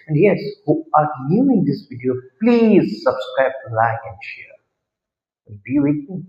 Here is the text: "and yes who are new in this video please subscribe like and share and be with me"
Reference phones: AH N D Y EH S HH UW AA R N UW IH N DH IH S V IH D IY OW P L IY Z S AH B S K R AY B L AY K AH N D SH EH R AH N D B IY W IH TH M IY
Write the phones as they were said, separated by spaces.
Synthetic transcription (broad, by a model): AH N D Y EH S HH UW AA R L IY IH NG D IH S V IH D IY OW P L IY Z S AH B S K R AY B L AY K AH N D SH EH R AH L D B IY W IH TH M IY